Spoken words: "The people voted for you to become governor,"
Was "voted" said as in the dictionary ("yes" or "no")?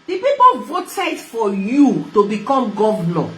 yes